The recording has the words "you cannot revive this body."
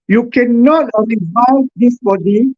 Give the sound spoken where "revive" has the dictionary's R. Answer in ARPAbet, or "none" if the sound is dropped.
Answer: L